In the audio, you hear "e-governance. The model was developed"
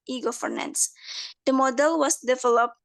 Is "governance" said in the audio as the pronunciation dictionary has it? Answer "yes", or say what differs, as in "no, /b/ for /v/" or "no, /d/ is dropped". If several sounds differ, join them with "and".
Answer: no, /f/ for /v/